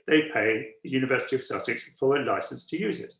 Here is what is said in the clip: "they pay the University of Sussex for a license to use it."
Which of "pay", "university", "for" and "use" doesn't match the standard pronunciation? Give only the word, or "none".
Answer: none